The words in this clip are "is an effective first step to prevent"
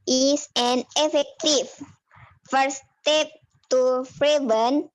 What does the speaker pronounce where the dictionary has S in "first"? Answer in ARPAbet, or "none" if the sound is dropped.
none